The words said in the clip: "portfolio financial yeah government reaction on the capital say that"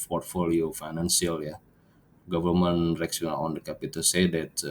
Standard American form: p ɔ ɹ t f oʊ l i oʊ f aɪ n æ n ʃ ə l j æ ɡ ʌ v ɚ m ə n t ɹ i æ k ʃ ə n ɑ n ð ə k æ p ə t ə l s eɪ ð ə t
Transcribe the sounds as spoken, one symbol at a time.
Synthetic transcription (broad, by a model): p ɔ ɹ t f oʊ l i oʊ f aɪ n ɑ n s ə l j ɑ ɡ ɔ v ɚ m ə n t ɹ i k s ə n ɑ n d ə k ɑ p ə t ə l s eɪ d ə t